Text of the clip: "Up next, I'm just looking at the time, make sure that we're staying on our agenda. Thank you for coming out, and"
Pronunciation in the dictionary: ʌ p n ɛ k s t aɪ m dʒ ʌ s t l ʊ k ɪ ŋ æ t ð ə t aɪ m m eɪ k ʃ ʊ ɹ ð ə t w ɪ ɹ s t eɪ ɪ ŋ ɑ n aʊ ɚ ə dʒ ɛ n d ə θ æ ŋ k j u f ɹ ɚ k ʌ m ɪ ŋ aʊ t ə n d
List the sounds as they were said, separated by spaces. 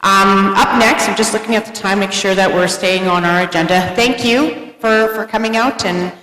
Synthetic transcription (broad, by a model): ʌ p n ɛ k s t aɪ m dʒ ʌ s t l ʊ k ɪ ŋ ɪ t ð ə t aɪ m m eɪ k ʃ ʊ ɹ ð ə t w ɪ ɹ s t eɪ ɪ ŋ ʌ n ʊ ɚ ə dʒ ɛ n d ə θ æ ŋ k j u f ɹ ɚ k ʌ m ɪ ŋ aʊ t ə n